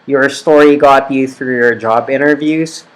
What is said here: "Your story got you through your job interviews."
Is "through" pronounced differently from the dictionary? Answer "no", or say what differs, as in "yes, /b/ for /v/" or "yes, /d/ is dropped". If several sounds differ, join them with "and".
no